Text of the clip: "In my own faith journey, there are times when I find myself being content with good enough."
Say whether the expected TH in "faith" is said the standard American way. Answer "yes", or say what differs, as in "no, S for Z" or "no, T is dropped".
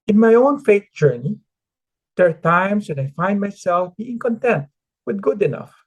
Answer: no, T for TH